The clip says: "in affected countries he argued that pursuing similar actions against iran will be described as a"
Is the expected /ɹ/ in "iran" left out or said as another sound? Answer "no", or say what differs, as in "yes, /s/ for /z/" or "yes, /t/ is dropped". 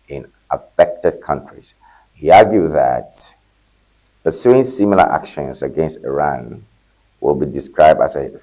no